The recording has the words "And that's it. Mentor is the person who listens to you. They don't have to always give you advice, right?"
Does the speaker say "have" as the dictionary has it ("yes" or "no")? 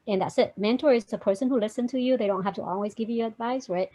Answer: no